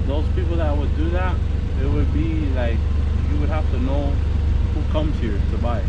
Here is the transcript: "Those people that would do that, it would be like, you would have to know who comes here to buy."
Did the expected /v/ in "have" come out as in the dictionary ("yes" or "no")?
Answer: no